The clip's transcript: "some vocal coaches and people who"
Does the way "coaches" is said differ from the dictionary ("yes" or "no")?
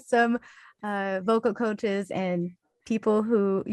no